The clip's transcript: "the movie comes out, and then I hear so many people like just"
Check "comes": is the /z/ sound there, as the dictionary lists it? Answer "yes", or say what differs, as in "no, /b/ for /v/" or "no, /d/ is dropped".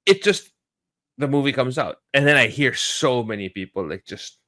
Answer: yes